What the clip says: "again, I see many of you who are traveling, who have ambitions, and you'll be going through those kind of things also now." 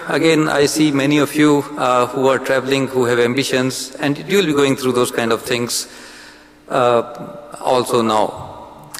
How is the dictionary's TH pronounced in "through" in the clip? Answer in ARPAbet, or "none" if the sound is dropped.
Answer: T